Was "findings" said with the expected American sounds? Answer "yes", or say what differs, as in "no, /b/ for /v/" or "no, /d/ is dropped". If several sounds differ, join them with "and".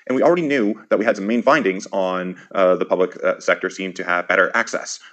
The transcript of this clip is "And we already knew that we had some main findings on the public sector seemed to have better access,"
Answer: yes